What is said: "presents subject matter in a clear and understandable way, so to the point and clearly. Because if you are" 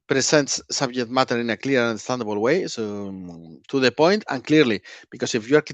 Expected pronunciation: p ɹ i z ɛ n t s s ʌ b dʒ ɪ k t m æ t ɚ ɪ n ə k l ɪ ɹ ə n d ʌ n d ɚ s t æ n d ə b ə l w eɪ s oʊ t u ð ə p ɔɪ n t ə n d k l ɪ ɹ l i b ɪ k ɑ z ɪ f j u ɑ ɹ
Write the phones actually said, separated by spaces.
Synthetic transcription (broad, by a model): p ɹ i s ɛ n t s s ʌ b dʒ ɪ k t m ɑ t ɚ ɪ n ə k l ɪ ɹ ə n d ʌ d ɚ s t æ n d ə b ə l w eɪ s oʊ t u ð ə p ɔɪ n t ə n k l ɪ ɹ l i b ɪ k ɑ s ɪ f j u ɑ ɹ